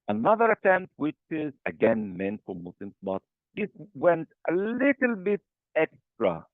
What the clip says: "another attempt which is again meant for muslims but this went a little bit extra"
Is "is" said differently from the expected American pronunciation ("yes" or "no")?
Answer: no